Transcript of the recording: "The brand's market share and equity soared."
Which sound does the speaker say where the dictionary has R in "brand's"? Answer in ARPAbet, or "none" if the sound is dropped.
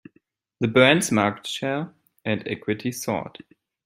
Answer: none